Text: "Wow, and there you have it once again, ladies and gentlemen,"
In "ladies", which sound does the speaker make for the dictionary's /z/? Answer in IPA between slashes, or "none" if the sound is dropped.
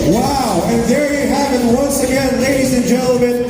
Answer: /z/